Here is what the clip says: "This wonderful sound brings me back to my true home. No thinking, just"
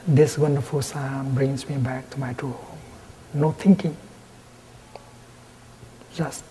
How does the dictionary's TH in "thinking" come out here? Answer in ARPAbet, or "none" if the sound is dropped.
T